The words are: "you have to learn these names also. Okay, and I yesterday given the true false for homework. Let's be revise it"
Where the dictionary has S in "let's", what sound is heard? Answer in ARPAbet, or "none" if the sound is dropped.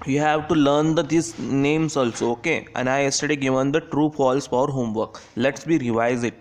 S